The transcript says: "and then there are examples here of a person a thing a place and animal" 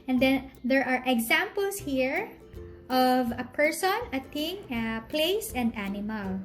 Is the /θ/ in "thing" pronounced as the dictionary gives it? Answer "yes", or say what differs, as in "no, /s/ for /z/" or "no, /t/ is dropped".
no, /t/ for /θ/